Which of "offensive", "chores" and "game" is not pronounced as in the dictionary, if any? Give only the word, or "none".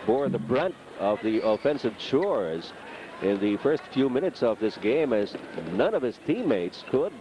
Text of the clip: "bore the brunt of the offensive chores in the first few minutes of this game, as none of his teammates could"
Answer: none